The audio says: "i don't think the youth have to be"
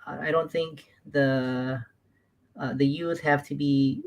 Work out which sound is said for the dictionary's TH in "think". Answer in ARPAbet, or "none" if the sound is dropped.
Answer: TH